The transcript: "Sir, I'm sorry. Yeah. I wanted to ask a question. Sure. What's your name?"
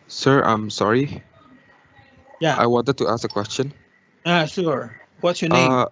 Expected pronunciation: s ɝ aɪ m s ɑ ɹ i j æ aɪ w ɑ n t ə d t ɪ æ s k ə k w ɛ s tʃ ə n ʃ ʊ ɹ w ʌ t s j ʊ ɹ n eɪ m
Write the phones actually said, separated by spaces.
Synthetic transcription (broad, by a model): s ɝ aɪ m s ɑ ɹ i j æ aɪ w ɑ n t ə d t ɪ æ s k ə k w ɛ s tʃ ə n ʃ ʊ ɹ w ʌ t s j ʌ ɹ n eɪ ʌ